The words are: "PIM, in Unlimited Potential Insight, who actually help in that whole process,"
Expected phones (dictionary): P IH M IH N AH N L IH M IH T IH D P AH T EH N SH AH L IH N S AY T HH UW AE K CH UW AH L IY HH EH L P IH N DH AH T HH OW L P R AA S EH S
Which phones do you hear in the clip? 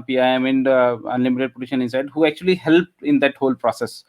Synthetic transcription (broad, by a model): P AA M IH N AH N L IH M IH T IH D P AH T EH SH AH N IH N S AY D HH UW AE K CH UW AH L IY HH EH L P IH N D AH T HH OW L P R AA S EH S